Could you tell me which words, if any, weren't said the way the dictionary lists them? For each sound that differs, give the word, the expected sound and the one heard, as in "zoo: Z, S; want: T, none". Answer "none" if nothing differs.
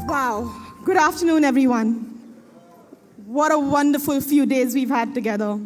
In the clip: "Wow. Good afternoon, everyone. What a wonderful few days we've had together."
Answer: none